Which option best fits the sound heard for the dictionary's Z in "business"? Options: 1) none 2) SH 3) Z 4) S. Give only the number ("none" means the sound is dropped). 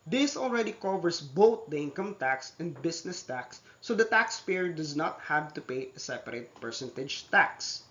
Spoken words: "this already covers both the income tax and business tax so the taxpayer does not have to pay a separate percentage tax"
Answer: 4